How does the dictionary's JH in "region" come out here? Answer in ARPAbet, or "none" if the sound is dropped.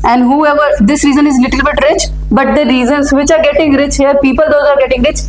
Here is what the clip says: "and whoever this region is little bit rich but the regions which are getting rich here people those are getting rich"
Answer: Z